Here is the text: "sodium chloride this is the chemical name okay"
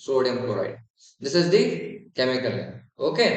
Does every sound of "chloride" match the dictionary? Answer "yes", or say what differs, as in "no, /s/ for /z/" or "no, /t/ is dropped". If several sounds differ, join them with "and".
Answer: no, /l/ is dropped